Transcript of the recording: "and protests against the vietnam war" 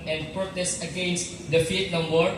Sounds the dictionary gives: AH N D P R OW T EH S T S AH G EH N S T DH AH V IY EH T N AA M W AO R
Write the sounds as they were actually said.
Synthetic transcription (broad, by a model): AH N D P R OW T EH S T AH G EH N S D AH F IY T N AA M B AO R